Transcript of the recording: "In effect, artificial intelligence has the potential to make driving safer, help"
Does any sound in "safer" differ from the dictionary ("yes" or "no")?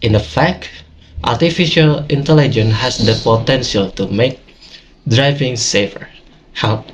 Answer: no